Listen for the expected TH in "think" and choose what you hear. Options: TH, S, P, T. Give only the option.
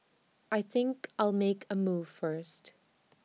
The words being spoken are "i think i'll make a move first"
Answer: TH